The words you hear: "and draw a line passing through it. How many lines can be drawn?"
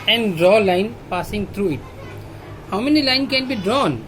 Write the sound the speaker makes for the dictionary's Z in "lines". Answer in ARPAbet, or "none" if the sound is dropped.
none